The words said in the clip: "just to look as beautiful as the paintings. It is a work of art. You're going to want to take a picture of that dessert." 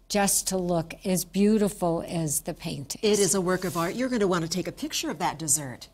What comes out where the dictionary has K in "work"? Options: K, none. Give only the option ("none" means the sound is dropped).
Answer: K